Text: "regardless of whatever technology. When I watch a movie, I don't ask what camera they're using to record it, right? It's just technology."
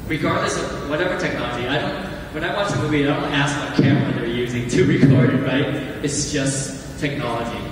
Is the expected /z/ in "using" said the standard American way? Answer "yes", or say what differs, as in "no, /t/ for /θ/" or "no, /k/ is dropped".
yes